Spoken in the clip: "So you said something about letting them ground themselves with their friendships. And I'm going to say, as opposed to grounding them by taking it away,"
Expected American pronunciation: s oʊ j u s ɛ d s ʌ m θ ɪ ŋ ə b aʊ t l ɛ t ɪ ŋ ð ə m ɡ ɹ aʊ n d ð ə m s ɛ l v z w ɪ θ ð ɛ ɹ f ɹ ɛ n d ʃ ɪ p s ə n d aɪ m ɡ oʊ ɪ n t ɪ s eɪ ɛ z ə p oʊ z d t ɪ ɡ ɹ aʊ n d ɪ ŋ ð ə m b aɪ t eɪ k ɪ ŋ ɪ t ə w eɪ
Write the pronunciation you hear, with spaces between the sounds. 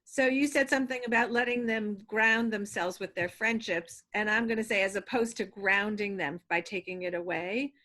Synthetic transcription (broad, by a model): s oʊ j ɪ s ɛ d s ʌ m θ ɪ ŋ ə b aʊ t l ɛ t ɪ ŋ ð ə m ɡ ɹ aʊ n ð ə m s ɛ l v z w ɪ ð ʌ ɹ f ɹ ɛ n d ʃ ɪ p s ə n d aɪ m ɡ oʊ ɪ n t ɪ s eɪ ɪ z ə p oʊ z t ɪ ɡ ɹ aʊ n d ɪ ŋ ð ə m b aɪ t eɪ k ɪ ŋ ɪ t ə w eɪ